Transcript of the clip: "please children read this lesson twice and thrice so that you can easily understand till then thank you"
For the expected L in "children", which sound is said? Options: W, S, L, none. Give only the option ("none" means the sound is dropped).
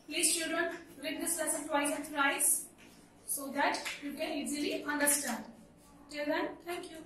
none